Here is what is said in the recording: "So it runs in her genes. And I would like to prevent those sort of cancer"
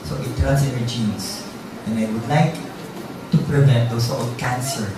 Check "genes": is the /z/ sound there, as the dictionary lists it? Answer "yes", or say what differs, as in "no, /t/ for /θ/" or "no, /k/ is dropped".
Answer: no, /s/ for /z/